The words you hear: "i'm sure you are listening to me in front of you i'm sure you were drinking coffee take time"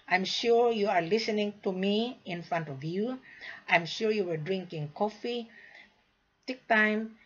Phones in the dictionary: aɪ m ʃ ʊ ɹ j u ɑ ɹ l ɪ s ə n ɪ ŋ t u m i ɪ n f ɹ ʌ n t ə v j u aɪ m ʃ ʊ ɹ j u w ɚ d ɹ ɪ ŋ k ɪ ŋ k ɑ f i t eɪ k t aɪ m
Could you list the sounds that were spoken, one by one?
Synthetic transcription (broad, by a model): aɪ m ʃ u ɹ j u ɑ ɹ l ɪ s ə n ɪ ŋ t u m i ɪ n f ɹ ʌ n t ə v j u aɪ m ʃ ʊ ɹ j u w ɚ d ɹ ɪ ŋ k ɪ ŋ k ɑ f i t eɪ k t aɪ m